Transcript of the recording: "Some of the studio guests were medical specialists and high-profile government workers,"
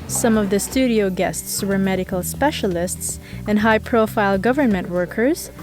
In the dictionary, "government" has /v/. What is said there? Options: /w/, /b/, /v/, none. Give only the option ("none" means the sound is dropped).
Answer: /v/